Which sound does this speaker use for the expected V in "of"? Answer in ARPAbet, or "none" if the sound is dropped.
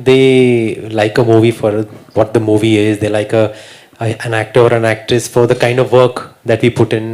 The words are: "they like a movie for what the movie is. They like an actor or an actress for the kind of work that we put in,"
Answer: V